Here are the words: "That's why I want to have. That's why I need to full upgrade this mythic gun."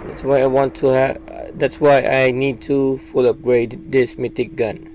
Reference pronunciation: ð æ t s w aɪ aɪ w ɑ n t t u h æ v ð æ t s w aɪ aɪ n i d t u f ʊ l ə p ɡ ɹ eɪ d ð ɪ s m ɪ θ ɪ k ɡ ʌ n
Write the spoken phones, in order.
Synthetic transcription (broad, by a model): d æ t s w aɪ aɪ w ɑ n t t u h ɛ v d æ t s w aɪ aɪ n i d t u f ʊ l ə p ɡ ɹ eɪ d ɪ s m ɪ t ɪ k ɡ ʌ n